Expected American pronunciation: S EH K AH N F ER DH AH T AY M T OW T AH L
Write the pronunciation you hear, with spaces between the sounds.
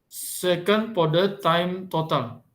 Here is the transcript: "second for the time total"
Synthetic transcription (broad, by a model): S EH K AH N P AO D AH T AY M T OW T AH L